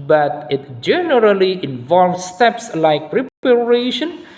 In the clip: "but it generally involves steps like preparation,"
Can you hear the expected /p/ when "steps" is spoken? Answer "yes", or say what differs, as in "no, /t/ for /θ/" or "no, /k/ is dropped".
yes